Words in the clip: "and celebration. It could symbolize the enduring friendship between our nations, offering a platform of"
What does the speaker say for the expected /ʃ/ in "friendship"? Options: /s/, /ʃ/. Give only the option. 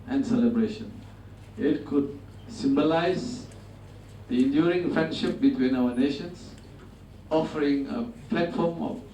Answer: /ʃ/